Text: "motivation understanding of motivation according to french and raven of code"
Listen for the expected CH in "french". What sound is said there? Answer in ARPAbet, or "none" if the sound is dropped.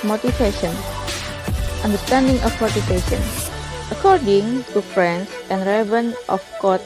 S